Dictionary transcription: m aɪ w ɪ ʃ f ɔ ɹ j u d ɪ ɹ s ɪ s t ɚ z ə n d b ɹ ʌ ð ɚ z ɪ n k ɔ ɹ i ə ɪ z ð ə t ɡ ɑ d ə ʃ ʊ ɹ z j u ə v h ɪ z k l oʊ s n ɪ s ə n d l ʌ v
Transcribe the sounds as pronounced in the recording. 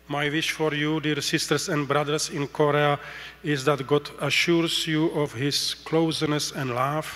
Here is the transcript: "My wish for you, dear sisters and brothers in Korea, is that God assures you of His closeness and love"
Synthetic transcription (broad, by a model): m aɪ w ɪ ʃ f ɔ ɹ j u d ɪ ɹ s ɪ s t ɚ s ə n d b ɹ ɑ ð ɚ s ɪ n k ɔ ɹ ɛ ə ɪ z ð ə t ɡ ɑ d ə ʃ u ɹ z j u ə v h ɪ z k l oʊ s n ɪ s ə n d l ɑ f